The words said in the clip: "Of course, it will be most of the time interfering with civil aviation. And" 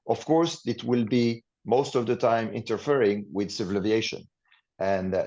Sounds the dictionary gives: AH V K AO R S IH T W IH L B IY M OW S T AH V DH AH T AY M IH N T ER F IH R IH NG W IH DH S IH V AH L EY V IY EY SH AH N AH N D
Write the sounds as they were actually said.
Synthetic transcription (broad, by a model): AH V K AO R S IH T W IH L B IY M OW S T AH V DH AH T AY M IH N T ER F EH R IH NG W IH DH S IH V AH L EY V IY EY SH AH N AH N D